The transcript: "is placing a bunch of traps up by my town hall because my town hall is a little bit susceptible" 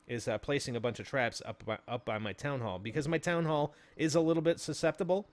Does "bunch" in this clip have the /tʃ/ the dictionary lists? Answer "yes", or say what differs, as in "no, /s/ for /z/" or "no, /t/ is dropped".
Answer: yes